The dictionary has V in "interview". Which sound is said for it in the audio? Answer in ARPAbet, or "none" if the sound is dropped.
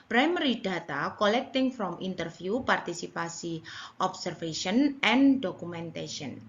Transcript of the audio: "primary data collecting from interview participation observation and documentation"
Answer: F